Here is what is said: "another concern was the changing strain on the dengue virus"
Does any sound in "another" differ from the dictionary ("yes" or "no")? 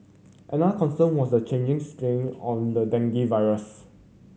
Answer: yes